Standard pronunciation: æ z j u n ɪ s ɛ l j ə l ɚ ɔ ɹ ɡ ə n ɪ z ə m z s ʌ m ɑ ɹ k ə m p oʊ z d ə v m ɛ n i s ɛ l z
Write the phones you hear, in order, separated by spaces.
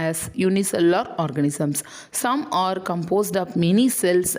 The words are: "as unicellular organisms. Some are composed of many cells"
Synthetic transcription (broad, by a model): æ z j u n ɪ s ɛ l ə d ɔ ɹ ɡ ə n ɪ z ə m s ʌ m ɑ ɹ k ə m p oʊ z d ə p m ɛ n i s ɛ l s